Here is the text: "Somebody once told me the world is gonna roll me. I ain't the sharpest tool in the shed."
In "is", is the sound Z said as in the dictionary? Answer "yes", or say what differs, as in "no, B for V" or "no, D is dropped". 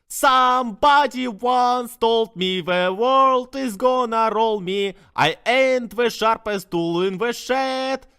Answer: yes